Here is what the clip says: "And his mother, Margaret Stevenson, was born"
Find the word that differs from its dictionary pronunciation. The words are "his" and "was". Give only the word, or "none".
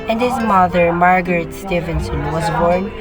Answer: none